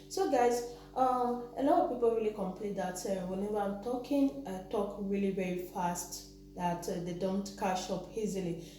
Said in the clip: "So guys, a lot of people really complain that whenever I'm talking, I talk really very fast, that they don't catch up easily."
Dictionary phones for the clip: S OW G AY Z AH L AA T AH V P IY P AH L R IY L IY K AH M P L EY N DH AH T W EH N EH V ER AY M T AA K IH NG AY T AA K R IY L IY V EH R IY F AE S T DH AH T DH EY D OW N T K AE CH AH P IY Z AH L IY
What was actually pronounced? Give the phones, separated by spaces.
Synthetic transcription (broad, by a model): S OW G AY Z AH L AA T AH V P IY P AH L R IY L IY K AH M P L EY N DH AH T W EH N EH V ER AY M T AA K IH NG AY T AA K R IY L IY V EH R IY F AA S T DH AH T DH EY D OW N T K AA SH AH P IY Z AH L IY